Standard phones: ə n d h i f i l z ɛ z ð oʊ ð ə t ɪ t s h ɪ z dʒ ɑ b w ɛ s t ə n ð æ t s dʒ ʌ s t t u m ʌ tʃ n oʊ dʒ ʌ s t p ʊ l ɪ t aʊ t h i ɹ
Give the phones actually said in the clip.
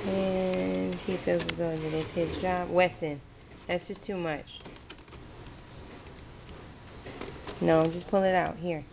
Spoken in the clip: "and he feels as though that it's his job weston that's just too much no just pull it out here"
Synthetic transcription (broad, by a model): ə n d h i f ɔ z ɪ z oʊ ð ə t ɪ t s h ɪ z dʒ ɑ b w ɛ s t ə n ð æ t s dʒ ʌ s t t u m ʌ tʃ n oʊ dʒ ʌ s p ʊ l ɪ t aʊ t h i ɹ